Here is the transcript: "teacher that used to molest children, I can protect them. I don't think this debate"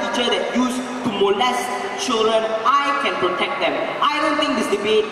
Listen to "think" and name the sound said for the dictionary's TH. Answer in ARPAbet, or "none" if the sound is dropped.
T